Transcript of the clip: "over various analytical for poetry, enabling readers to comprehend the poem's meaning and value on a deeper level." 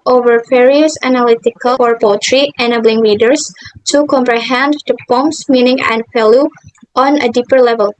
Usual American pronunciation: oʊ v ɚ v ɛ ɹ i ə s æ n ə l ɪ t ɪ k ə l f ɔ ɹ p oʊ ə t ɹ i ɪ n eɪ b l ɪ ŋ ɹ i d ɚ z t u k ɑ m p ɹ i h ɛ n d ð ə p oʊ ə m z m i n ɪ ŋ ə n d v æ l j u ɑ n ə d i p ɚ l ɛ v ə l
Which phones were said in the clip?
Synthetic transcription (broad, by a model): oʊ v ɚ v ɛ ɹ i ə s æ n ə l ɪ t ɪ k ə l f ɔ ɹ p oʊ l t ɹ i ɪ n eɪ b l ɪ ŋ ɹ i d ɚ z t u k ɑ m p ɹ i h ɛ n d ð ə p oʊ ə m s m i n ɪ ŋ ə n d f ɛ l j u ɑ n ə d i p ɚ l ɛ v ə l